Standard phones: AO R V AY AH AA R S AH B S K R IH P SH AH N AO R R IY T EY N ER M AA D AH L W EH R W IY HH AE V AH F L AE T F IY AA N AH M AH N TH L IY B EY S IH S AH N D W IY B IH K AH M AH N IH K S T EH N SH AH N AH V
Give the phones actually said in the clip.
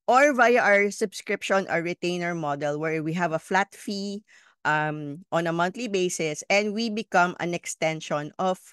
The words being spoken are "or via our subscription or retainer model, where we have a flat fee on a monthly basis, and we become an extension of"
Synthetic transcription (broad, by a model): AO R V AY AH AA R S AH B S K R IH P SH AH N AO R R IY T EY N ER M AA D AH L W EH R W IY HH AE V AH F L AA T F IY AA N AH M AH N T L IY B EY S IH S AH N D W IY B IH K AH M AH N IH K S T EH N SH AH N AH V